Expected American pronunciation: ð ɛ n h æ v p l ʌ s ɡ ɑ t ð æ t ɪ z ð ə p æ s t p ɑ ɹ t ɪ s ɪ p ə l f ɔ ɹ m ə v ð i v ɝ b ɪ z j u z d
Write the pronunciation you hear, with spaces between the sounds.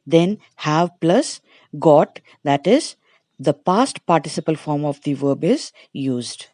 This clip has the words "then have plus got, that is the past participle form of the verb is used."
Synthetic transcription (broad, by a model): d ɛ n h æ v p l ʌ s ɡ ɑ t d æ t ɪ z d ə p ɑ s t p ɑ ɹ t ɪ s ɪ p ə l f ɔ ɹ m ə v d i v ɝ b ɪ z j u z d